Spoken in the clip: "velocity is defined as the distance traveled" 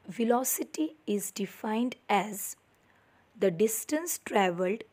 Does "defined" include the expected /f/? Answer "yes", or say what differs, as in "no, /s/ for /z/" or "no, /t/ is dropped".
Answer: yes